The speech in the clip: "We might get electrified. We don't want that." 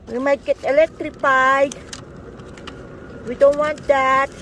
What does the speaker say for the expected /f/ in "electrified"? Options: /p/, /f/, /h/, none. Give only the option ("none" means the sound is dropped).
/p/